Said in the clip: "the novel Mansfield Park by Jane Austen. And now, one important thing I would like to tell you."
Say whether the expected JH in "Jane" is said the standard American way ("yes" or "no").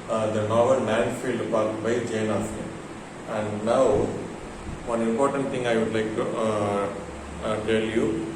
yes